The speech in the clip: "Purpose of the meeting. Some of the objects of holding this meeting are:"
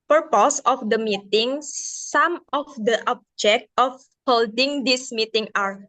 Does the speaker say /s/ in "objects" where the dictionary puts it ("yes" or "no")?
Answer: no